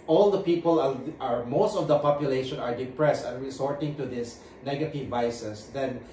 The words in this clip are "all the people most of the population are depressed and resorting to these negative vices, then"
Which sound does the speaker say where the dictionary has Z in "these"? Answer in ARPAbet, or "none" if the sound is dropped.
S